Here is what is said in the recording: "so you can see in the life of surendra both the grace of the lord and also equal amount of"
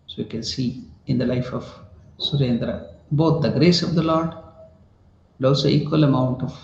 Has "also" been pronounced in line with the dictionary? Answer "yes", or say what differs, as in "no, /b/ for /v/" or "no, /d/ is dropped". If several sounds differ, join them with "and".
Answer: no, /l/ is dropped